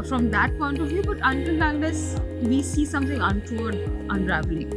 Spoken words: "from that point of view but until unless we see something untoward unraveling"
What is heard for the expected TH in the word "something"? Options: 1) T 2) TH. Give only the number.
1